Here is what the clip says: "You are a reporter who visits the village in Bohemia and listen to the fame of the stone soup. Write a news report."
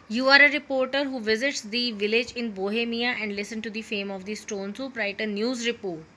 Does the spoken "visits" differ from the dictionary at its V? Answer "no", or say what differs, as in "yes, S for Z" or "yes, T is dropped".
no